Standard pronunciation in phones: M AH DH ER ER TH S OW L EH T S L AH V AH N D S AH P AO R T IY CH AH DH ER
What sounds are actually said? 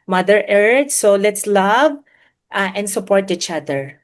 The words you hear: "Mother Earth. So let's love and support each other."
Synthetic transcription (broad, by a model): M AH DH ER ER T S OW L EH T S L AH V AH N D S AH P AO R T IY CH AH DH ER